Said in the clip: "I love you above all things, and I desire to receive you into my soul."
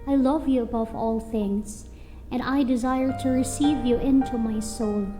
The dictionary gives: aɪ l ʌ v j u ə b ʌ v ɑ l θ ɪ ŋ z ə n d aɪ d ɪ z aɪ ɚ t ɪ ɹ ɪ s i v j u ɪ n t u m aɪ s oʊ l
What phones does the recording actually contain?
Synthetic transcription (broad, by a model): aɪ l ʌ v j u ə b ʌ v ɑ l θ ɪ ŋ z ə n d aɪ d ɪ z aɪ ɚ t ɪ ɹ ɪ s i v j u ɪ n t u m aɪ s oʊ l